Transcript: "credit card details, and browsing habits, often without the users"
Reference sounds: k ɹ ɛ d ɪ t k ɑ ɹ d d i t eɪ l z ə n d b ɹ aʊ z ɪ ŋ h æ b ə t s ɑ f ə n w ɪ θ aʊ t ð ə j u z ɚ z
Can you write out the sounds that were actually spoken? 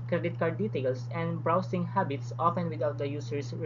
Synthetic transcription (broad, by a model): k ɹ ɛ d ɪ t k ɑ ɹ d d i t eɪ l s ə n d b ɹ aʊ s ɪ ŋ h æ b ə t s ɑ f ə n w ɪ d aʊ t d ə j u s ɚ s